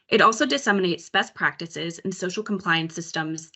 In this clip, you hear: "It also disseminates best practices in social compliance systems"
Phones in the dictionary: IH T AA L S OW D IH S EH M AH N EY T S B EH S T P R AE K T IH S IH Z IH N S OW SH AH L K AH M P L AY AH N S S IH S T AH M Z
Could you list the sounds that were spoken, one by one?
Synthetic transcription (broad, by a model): IH T AA L S OW D IH S EH M AH N EY T S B EH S P R AE K T IH S IH Z IH N S OW SH L K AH M P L AY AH N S S IH S T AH M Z